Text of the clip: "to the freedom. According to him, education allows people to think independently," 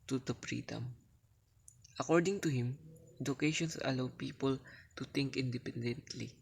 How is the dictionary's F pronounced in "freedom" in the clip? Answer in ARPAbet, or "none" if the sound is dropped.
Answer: P